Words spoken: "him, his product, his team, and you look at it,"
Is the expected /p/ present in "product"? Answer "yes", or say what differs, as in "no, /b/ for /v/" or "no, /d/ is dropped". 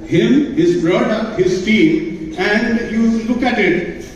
no, /b/ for /p/